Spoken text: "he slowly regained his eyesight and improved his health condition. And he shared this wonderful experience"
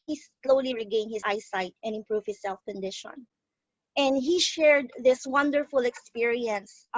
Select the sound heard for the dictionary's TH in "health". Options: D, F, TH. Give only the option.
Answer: F